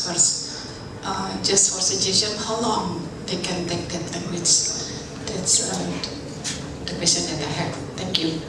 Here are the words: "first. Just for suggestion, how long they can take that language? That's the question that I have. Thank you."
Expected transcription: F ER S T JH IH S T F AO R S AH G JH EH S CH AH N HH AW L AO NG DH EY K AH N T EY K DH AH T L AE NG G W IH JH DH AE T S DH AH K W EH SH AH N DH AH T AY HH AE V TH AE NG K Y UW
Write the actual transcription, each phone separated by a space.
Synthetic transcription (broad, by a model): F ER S T JH IH S T F AO R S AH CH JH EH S AH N HH AW L AO NG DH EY K AH N T EY K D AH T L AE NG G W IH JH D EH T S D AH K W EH S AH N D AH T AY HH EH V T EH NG K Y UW